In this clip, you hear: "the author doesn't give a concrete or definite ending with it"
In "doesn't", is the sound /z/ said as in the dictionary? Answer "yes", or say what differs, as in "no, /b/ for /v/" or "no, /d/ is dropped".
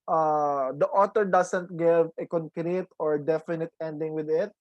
no, /s/ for /z/